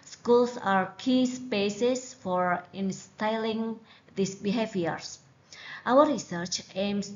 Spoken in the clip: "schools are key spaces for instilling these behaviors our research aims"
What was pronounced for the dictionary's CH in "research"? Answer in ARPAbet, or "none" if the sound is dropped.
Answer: CH